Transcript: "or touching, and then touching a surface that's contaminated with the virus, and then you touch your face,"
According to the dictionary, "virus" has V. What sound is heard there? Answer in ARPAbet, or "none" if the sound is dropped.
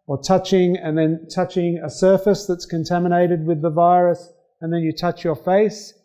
V